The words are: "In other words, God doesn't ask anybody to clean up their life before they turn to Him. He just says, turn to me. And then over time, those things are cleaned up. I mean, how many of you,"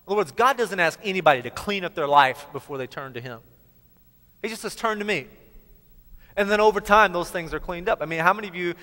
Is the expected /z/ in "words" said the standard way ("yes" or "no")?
yes